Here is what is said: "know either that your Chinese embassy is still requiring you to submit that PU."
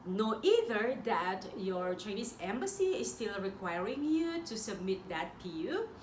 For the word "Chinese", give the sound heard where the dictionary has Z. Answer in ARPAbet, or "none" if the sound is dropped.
S